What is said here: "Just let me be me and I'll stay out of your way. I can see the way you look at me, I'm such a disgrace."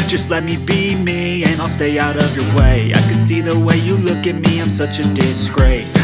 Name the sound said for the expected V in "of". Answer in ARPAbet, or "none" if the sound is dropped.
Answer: V